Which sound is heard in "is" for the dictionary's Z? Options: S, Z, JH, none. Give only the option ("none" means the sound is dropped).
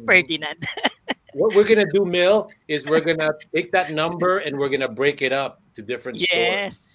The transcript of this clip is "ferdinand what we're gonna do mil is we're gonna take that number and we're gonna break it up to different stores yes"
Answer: Z